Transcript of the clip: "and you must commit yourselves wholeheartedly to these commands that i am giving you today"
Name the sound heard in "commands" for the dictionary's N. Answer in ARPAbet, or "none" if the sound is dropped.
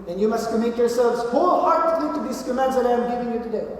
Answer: none